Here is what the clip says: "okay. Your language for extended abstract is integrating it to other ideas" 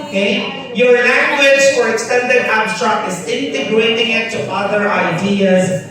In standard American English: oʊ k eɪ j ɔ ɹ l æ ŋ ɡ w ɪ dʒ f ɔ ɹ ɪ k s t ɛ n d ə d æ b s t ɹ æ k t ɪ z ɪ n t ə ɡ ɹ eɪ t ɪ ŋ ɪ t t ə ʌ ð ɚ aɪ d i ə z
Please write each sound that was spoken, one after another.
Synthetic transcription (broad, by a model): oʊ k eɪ j ɔ ɹ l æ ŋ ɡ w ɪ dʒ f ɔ ɹ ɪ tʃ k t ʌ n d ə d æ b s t ɑ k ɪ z ɪ n t ə ɡ ɹ eɪ t ɪ ŋ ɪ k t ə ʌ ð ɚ aɪ d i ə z